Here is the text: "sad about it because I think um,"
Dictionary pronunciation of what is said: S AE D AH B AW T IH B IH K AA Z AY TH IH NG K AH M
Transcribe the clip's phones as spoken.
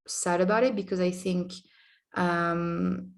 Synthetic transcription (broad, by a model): S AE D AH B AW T IH B IH K AA Z AY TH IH NG K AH M